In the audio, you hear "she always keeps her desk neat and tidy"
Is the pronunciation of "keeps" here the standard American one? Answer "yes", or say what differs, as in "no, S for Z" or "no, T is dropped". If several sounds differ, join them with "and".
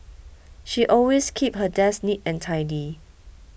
no, S is dropped